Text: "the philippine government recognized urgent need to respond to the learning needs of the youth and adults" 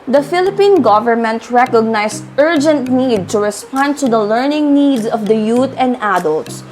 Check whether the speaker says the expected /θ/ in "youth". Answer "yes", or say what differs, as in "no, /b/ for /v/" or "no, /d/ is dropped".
no, /t/ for /θ/